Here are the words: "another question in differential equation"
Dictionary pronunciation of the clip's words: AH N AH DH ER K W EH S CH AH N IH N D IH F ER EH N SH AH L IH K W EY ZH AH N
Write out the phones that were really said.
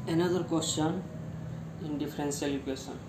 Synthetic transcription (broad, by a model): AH N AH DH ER K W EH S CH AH N IH N D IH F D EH N S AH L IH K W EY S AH N